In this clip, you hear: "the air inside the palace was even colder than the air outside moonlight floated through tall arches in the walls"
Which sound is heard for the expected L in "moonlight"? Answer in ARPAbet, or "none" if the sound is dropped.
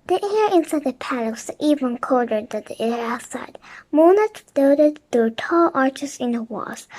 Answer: none